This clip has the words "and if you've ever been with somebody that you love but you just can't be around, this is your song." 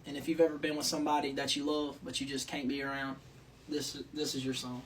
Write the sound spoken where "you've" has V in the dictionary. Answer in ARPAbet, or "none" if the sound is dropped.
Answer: V